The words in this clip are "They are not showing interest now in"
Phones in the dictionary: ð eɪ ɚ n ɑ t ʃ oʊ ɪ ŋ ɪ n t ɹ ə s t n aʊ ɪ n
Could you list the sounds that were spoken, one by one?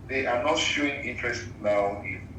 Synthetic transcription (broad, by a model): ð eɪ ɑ n ɑ t ʃ oʊ ɪ ŋ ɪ n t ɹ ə s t l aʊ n